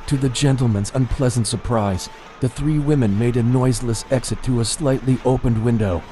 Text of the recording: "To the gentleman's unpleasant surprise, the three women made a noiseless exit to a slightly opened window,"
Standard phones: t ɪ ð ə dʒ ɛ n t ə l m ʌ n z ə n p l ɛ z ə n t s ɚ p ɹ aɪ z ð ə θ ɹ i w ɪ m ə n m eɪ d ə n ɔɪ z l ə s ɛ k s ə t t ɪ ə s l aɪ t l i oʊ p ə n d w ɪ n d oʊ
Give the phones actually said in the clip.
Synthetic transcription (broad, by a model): t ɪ ð ə dʒ ɛ n t l m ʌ n z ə n p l ɛ z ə n t s ɚ p ɹ aɪ z ð ə θ ɹ i w ɪ m ə n m eɪ d ə n ɔɪ z l ə s ɛ k s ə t t ɪ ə s l aɪ t l i oʊ p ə n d w ɪ n d oʊ